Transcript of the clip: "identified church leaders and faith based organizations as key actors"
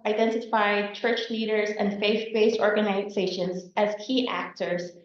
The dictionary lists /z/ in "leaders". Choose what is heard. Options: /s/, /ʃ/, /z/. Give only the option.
/z/